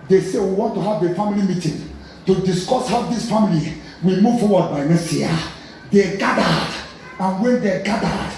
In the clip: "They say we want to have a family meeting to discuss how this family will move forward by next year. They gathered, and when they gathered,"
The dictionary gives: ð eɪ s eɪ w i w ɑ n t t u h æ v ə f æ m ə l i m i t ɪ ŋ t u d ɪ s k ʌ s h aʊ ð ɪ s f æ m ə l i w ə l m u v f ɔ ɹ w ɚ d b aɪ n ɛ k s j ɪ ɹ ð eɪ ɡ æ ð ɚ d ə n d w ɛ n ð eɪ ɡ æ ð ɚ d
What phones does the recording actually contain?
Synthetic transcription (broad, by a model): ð eɪ s eɪ w i w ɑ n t t u h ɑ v ə f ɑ m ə l i m i t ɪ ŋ t u d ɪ s k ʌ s h aʊ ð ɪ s f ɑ m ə l i w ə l m u v f ɔ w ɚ d b aɪ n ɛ s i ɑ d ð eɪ ɡ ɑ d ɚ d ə n w ɛ n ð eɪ ɡ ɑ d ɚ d